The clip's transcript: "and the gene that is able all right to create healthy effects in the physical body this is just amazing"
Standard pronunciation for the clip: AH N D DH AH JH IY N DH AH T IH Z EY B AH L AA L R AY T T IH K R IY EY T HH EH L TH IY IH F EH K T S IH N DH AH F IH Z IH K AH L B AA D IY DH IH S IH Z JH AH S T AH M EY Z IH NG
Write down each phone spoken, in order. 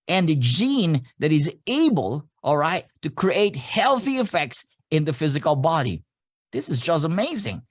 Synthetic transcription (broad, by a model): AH N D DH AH JH IY N DH AH T IH Z EY B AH L AA L R AY T T IH K R IY EY T HH EH L TH IY IH F EH K T S IH N DH AH F IH Z IH K AH L B AA D IY DH IH S IH Z JH AH S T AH M EY Z IH NG